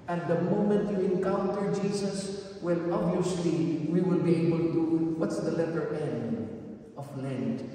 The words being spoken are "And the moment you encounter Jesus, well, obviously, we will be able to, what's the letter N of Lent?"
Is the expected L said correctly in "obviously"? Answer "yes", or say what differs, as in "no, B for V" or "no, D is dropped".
yes